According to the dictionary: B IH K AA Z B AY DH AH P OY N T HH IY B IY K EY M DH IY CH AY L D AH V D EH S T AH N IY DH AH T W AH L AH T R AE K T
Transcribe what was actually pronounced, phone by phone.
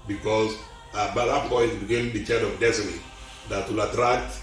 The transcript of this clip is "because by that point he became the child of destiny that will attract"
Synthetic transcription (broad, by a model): B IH K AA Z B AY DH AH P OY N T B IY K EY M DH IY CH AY D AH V D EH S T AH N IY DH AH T W AH L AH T R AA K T